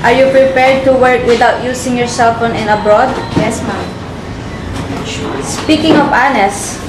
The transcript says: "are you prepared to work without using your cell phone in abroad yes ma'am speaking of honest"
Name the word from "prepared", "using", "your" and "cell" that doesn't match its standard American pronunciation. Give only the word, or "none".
using